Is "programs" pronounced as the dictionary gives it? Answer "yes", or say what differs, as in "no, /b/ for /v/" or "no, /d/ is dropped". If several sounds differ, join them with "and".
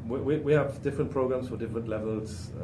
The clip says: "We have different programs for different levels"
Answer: no, /s/ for /z/